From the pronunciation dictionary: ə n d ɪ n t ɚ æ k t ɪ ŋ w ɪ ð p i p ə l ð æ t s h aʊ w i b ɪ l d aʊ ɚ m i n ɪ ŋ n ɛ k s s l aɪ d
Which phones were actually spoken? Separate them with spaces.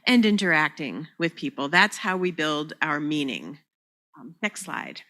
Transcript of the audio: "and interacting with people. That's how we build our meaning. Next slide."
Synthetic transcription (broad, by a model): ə n ɪ n t ɚ æ k t ɪ ŋ w ɪ ð p i p l ð æ t s h aʊ w i b ɪ l d aʊ ɚ m i n ɪ ŋ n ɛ k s s l aɪ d